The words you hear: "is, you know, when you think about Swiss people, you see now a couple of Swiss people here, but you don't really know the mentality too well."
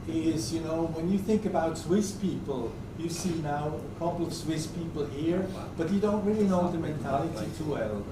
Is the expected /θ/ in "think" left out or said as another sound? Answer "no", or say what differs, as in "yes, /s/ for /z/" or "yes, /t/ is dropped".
no